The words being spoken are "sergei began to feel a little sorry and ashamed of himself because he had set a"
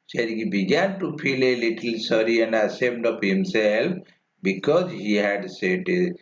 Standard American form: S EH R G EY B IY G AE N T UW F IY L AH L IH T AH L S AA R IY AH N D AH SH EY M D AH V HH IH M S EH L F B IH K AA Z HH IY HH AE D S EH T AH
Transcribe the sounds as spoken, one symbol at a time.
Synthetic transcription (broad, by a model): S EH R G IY B IY G AE N T UW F IY L AH L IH T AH L S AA R IY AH N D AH S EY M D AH P HH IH M S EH L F B IH K AA Z HH IY HH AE D S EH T